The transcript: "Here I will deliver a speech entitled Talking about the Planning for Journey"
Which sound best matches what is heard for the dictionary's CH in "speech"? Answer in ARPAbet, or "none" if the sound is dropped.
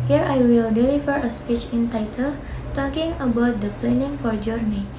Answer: CH